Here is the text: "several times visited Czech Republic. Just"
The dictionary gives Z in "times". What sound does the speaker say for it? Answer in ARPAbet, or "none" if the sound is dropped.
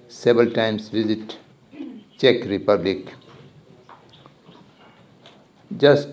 S